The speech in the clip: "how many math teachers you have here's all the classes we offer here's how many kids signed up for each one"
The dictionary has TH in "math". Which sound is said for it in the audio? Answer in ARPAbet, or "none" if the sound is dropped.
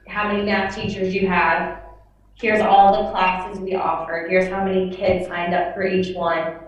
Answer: F